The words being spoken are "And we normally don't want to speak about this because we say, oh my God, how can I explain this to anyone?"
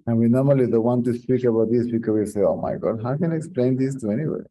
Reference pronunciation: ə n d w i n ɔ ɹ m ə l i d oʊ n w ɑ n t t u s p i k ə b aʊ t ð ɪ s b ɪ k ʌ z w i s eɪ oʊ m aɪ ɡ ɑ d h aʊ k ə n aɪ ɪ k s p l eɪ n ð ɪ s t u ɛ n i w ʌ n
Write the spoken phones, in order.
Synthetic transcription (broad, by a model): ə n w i n ɔ ɹ m ə l i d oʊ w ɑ n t t u s p i k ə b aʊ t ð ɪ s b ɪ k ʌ w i s eɪ oʊ m aɪ ɡ ɑ d h aʊ k ə n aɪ ɪ k s p l eɪ n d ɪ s t u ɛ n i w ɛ